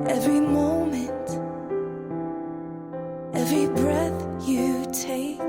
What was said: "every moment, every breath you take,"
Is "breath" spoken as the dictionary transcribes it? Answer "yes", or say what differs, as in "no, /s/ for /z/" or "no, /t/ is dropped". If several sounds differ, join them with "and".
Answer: yes